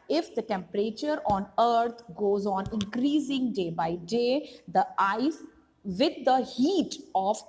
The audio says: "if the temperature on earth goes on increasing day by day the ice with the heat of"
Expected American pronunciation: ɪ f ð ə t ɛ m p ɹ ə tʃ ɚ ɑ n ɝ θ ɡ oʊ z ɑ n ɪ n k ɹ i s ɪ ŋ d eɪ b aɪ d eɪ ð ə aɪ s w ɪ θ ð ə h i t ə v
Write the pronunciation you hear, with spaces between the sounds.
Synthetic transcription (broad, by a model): ɪ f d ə t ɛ m p ɹ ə tʃ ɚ ɑ n ɝ t ɡ oʊ z ɑ n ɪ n k ɹ i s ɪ ŋ d eɪ b aɪ d eɪ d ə aɪ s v ɪ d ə h i t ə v